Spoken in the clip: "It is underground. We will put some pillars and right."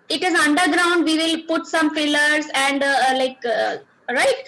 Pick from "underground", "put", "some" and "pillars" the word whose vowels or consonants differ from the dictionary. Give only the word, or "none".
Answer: pillars